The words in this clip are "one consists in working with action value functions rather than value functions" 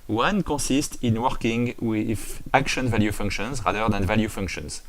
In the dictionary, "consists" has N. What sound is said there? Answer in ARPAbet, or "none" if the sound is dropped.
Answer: none